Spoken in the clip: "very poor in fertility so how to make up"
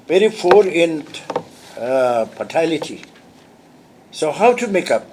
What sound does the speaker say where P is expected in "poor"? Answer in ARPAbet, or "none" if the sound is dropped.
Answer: F